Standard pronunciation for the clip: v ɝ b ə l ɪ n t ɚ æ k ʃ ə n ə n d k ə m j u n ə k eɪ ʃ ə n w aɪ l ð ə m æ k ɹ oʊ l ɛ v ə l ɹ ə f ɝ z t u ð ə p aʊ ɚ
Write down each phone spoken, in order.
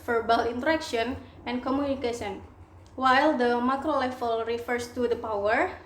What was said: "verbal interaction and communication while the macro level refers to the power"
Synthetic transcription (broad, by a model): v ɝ b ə l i n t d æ k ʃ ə n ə n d k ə m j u n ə k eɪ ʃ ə n w aɪ l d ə m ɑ k ɹ oʊ l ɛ f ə l ɹ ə f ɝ s t u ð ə p aʊ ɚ